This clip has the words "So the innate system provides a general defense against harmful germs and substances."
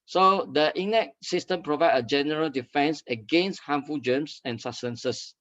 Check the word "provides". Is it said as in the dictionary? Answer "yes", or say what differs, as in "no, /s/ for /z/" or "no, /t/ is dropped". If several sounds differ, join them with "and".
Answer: no, /z/ is dropped